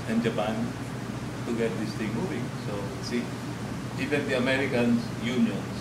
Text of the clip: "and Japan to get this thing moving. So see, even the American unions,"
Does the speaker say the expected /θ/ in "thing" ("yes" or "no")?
no